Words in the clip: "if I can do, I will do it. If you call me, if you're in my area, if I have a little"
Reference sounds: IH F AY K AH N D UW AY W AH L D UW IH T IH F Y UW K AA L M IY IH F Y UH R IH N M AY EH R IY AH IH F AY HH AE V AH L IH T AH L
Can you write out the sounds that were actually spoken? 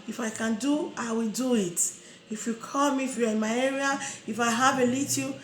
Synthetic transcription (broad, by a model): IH F AY K AH N D UW AY W AH L D UW IH T IH F Y UW K AA L M IY F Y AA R IH N M AY EH R IY AH IH F AY HH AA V AH L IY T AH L